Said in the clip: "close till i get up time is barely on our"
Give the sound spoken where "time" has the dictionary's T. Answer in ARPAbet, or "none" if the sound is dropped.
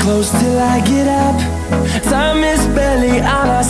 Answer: S